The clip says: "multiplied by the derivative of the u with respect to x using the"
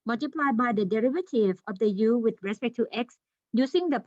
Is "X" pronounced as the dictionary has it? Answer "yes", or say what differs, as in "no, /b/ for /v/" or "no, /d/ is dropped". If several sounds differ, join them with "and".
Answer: yes